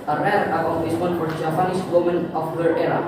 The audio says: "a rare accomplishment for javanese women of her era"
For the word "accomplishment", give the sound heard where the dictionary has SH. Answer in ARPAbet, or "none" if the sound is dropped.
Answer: S